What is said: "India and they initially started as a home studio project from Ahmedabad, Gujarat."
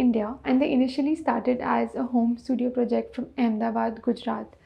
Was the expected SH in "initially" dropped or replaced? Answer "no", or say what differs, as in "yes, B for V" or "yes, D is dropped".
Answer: no